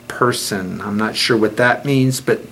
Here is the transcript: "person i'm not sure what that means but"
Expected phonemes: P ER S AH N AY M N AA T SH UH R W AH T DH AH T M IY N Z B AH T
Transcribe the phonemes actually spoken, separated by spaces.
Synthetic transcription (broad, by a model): P ER S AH N AY M N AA T SH UH R W AH T DH AH T M IY N Z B AH T